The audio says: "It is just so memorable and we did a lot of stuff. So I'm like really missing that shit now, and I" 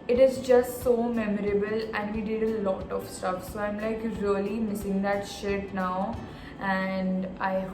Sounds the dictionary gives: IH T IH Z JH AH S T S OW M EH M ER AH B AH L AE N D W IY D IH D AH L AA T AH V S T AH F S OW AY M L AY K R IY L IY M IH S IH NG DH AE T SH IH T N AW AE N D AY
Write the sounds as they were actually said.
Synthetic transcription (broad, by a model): IH T IH Z JH AH S T S OW M EH M ER AH B AH L AE N D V IY D IH D AH L AA T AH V S T AH F S OW AY M L AY K R IY L IY M IH S IH NG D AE T SH IH T N AW AE N D AY